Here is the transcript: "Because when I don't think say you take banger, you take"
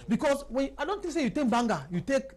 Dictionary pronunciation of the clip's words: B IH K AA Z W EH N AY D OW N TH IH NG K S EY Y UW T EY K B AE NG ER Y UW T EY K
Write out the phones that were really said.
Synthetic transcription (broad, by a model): B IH K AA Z W EH N AY D OW N T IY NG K S EY Y UW T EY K B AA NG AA Y UW T EY K